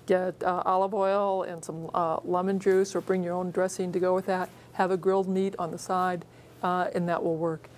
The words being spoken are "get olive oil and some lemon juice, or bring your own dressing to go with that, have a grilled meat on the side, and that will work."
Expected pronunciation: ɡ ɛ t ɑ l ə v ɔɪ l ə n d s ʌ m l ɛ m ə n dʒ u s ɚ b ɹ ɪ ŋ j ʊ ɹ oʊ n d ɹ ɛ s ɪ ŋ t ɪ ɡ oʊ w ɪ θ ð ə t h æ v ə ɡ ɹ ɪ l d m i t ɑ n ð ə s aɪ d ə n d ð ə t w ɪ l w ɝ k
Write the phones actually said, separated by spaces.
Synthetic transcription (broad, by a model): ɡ ɛ t ɑ l ə v ɔɪ l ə n s ʌ m l ɛ m ə n dʒ u s ɚ b ɹ ɪ ŋ j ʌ ɹ oʊ n d ɹ ɛ s ɪ ŋ t ɪ ɡ oʊ w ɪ ð ə t h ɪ v ə ɡ ɹ ɪ l d m i t n ð ə s aɪ d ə n ð ə t w ɪ l w ɝ k